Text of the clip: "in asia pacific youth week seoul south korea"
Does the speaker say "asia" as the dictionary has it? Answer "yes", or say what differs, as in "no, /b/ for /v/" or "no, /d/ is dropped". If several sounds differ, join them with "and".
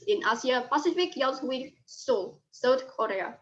no, /s/ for /ʒ/